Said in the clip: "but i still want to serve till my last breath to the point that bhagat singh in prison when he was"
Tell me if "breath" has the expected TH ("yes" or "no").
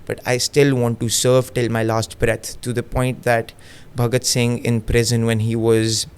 no